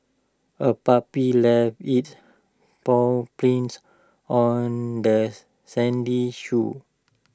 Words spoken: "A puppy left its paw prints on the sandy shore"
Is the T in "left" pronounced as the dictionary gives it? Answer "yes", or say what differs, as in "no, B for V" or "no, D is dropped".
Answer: no, T is dropped